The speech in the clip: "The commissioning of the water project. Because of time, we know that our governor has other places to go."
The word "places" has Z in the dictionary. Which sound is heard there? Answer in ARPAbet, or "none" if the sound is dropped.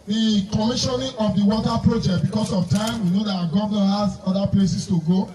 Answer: S